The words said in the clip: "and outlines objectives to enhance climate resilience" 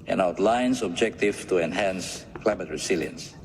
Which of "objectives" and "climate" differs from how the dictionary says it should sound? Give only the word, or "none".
objectives